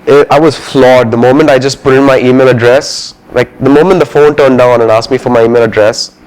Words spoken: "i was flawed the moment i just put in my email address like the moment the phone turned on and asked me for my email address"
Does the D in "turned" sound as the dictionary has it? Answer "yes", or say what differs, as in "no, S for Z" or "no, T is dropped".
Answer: yes